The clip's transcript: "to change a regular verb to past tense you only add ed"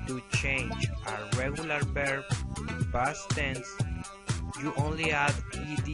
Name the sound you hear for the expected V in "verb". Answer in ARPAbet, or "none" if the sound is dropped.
B